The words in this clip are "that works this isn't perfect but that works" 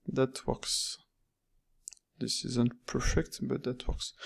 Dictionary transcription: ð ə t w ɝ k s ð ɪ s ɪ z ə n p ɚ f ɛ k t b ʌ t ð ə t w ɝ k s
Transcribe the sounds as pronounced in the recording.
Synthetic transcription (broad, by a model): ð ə t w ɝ k s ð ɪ s ɪ z ə n p ɚ f ɛ k t b ʌ t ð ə t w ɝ k s